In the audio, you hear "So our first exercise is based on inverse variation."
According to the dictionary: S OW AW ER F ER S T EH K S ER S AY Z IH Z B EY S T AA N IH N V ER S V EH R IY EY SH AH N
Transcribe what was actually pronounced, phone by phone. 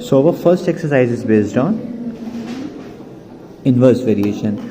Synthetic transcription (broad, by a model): S OW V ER F ER S T EH K S ER S AY Z IH Z B EY S T AA N IH N V ER S V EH R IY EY SH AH N